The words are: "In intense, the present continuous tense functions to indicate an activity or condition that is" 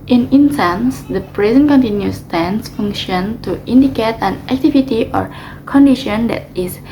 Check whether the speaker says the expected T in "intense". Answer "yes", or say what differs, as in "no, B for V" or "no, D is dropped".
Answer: no, S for T